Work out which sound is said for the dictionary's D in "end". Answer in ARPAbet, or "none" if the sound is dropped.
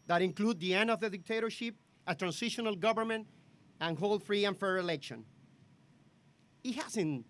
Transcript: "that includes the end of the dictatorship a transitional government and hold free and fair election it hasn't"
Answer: D